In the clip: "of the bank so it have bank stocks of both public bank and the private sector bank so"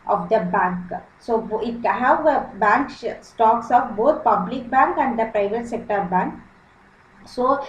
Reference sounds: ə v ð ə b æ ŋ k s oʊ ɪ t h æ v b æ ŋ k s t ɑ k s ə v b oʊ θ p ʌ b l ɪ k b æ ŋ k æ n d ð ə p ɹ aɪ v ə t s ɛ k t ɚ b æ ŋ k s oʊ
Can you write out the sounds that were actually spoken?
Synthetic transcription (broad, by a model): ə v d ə b æ ŋ k s oʊ ɪ t h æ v b æ ŋ k s t ɑ k s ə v b oʊ t p ʌ b l ɪ k b æ ŋ k æ n d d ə p ɹ aɪ v ə t s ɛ k t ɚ b æ ŋ k s oʊ